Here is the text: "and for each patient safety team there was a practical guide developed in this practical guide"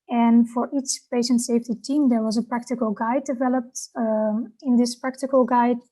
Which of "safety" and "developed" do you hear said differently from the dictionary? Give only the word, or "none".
none